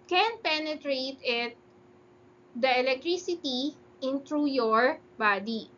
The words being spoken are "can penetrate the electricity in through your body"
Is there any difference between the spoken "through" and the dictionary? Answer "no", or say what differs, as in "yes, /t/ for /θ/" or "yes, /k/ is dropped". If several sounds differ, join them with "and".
yes, /t/ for /θ/